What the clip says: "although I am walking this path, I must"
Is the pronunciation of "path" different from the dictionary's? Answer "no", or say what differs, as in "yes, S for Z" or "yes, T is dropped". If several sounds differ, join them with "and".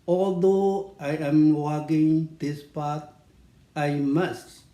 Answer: yes, T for TH